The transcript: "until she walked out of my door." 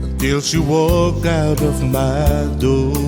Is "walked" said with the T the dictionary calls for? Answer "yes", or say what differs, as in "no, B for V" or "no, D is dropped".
no, T is dropped